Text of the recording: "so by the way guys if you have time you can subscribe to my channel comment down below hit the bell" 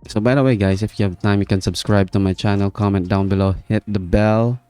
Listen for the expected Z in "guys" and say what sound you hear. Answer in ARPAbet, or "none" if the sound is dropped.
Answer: S